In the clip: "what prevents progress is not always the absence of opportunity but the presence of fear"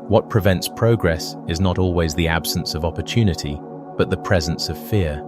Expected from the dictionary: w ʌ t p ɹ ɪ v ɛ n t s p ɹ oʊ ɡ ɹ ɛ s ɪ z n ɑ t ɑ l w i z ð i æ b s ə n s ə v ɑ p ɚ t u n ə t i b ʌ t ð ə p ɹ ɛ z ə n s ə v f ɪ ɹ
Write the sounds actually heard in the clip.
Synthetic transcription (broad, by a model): w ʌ t p ɹ ɪ v ɛ n t s p ɹ oʊ ɡ ɹ ɛ s ɪ z n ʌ t ɑ l w i z ð i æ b s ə n s ə v ɑ p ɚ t u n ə t i b ʌ t ð ə p ɹ ɛ z ə n s ə v f ɪ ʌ